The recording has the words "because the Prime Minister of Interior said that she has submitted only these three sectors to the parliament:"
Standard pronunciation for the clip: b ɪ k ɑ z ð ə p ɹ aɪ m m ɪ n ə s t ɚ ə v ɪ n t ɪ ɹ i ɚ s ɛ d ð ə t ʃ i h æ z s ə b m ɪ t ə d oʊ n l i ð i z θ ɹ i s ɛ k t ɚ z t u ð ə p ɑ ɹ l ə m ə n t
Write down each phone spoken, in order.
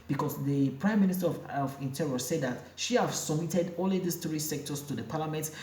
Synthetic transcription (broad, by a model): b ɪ k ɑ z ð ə p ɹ aɪ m m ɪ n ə s t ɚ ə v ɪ n t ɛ ɹ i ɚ s ɛ d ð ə t ʃ i h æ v s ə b m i t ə d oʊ l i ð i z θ ɹ i s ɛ k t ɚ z t u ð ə p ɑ l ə m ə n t